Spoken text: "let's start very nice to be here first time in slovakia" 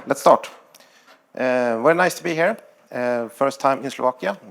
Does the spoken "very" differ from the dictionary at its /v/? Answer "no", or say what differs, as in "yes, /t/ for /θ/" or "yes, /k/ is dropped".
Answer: yes, /w/ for /v/